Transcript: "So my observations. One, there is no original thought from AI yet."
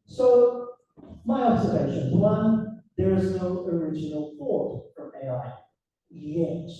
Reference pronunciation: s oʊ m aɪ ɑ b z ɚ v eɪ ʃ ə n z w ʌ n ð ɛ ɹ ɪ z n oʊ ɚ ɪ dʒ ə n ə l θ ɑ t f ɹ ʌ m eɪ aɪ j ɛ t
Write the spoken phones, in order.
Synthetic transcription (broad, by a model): s oʊ m aɪ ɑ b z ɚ v eɪ ʃ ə n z w ʌ n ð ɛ ɹ ɪ z n oʊ ɚ ɪ dʒ ə n ə l f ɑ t f ɹ ʌ m eɪ aɪ j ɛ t